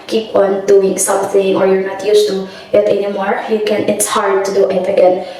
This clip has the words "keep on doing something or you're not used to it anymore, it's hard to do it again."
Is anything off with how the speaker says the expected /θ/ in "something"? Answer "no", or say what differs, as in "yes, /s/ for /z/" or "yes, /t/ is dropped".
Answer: no